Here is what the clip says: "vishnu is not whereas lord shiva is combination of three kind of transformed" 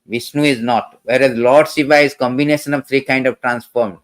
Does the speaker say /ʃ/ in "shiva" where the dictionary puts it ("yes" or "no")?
no